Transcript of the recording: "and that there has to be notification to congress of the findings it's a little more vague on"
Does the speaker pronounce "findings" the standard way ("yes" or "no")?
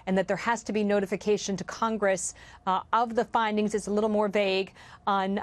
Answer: yes